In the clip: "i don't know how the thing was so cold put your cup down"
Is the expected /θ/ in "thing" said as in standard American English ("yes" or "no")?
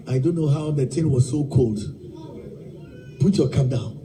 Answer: no